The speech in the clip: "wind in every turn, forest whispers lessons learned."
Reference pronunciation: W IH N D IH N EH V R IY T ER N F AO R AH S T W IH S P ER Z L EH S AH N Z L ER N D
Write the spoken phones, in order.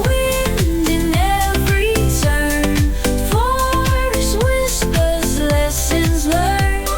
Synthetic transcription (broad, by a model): W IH N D IH N EH V R IY S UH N F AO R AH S W IH S P ER Z L EH S AH N Z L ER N